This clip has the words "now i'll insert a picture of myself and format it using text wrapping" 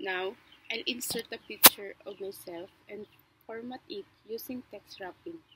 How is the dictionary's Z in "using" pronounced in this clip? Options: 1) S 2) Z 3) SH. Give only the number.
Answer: 1